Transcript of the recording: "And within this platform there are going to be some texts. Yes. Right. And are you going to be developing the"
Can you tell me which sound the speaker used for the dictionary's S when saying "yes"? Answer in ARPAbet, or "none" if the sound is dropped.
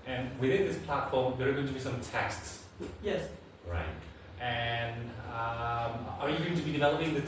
S